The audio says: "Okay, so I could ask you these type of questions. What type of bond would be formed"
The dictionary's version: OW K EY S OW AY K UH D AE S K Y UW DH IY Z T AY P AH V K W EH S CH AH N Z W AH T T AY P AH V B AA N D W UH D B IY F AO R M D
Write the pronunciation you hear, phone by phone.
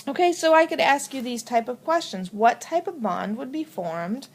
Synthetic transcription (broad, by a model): OW K EY S OW AY K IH D AE S K Y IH DH IY Z T AY P AH V K W EH S CH AH N Z W AH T T AY P AH V B AA N D W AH D B IY F AO R M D